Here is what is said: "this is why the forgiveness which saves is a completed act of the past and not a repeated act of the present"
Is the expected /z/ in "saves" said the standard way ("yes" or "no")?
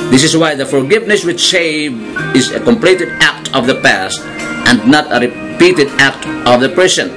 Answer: no